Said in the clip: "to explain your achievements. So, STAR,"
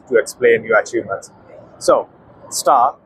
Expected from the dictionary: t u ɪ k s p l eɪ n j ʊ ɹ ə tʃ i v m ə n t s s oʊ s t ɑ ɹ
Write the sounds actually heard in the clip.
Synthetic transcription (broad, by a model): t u ɪ k s p l eɪ n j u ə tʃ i m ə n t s s oʊ s t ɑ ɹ